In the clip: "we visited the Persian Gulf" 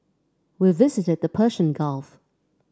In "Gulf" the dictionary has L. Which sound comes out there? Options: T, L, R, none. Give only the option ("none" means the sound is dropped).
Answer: L